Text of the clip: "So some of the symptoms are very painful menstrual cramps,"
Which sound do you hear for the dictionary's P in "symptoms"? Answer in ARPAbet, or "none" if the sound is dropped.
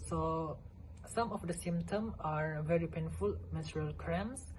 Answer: none